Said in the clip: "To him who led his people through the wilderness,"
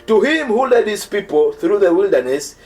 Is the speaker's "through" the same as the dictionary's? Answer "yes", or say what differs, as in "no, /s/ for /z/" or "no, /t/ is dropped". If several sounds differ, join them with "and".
yes